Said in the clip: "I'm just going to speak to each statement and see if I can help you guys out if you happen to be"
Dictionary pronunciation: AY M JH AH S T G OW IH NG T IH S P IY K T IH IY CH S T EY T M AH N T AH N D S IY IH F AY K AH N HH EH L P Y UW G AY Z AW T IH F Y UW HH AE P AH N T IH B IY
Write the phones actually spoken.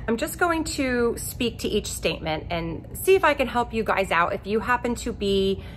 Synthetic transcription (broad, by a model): AY M JH AH S G OW IH NG T IH S P IY K T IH IY CH S T EY T M AH N T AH N S IY IH F AY K AH N HH EH L P Y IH G AY Z AW T IH F Y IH HH AE P AH N T IH B IY